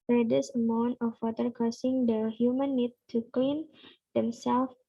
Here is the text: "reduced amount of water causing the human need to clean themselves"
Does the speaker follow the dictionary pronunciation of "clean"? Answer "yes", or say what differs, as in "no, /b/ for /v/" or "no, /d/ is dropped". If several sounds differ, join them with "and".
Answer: yes